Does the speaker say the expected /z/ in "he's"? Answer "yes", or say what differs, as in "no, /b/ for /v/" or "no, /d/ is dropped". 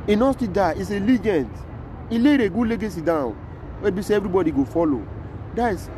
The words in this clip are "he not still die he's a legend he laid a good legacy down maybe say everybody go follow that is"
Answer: no, /s/ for /z/